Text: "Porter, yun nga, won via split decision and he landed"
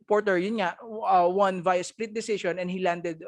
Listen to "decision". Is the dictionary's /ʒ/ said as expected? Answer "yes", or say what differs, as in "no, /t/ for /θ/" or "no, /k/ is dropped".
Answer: no, /ʃ/ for /ʒ/